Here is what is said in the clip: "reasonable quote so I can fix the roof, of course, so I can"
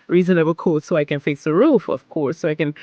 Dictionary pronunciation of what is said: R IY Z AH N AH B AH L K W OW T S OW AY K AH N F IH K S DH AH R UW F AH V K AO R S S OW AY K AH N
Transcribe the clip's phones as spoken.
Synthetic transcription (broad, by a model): R IY Z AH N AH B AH K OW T S OW AY K AH N F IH S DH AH R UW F AH V K AO R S S OW AY K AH N